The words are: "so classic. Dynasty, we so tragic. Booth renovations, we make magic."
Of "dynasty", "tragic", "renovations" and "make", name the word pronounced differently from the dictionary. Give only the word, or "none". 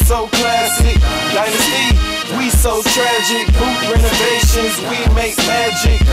dynasty